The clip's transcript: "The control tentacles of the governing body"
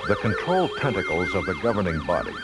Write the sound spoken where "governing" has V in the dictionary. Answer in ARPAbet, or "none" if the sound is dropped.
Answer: V